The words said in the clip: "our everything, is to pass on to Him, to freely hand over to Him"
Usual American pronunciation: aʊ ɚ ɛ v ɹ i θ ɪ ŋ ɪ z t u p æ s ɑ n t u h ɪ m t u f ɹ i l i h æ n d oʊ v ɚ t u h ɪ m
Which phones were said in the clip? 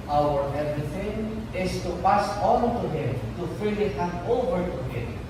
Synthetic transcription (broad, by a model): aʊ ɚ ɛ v ɹ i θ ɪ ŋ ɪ s t u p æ s ɑ n t u h ɪ m t u f i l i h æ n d oʊ v ɚ t u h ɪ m